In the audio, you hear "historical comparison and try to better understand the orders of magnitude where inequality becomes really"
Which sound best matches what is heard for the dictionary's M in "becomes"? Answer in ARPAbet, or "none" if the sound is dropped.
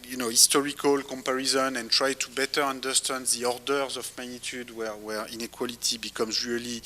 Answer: M